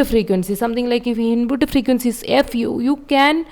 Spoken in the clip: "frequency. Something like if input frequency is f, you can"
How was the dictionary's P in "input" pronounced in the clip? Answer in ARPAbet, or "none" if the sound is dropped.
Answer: B